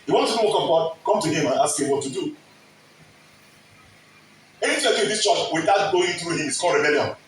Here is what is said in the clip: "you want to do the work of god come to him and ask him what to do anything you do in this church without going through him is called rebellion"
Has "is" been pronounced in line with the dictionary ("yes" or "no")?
no